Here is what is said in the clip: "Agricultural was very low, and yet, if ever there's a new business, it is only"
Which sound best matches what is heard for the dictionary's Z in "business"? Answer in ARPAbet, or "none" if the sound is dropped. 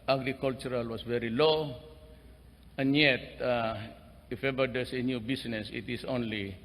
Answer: S